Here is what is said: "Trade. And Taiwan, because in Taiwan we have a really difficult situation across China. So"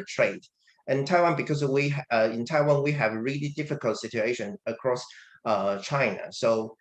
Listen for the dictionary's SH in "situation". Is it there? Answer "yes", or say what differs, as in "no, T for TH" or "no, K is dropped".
yes